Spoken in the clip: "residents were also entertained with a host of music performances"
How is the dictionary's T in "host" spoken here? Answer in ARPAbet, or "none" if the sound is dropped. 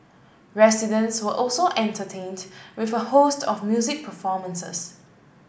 T